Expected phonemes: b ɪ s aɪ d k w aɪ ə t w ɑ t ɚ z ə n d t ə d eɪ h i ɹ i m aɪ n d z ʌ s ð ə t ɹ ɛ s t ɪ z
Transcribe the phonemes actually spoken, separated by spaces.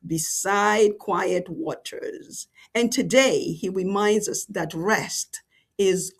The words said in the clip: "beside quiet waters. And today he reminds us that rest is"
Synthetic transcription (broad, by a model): b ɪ s aɪ d k w aɪ ə t w ɑ t ɚ z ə n t ə d eɪ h i ɹ i m aɪ n d z ʌ s ð ə t ɹ ɛ s t ɪ z